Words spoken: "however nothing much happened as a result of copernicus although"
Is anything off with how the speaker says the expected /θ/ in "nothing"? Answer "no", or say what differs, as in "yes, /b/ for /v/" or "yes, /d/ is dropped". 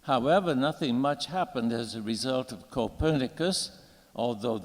no